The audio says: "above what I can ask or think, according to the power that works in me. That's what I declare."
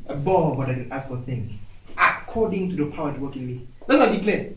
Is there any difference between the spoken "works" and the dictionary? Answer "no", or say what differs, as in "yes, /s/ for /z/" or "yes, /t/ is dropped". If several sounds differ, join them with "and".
yes, /s/ is dropped